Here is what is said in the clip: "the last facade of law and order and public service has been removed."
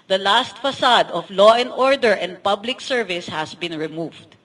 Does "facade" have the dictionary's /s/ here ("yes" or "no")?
yes